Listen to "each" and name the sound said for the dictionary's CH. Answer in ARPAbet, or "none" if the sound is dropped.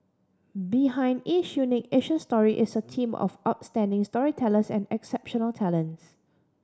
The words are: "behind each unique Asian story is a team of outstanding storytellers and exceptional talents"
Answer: SH